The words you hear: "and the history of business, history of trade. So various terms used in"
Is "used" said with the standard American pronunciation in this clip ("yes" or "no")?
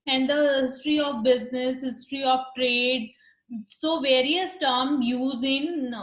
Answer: no